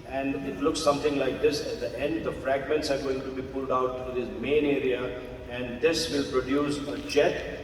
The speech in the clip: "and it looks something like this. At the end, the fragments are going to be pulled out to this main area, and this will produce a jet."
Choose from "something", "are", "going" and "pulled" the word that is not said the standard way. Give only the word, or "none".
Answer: something